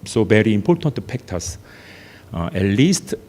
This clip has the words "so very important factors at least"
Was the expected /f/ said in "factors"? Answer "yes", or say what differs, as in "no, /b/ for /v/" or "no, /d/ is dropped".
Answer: no, /p/ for /f/